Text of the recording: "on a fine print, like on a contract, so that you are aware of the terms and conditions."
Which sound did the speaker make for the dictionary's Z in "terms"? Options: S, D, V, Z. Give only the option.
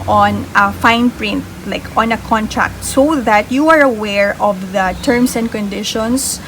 S